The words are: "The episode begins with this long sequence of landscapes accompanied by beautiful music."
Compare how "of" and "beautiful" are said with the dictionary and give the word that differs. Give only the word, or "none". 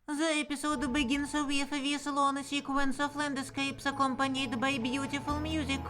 of